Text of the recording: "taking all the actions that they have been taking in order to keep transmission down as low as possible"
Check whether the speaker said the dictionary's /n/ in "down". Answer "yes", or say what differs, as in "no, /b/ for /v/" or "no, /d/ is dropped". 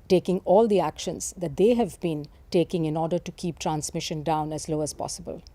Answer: yes